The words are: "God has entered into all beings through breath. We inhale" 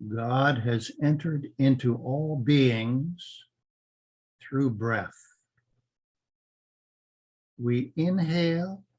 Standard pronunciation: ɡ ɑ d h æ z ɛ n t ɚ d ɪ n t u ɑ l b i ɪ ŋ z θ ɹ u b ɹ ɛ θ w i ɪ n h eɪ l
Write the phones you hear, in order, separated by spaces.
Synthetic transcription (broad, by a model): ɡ ɑ d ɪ z ɛ n t ɚ d ɪ n t u ɑ l b i ɪ ŋ z θ ɹ u b ɹ ɛ θ w i ɪ n h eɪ l